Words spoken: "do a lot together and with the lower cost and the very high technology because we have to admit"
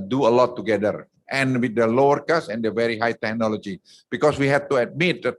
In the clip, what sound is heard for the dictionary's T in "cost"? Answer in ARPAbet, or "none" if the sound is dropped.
none